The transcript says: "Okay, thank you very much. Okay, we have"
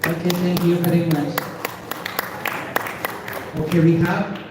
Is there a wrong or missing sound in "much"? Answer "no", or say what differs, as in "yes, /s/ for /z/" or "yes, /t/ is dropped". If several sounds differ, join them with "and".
yes, /s/ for /tʃ/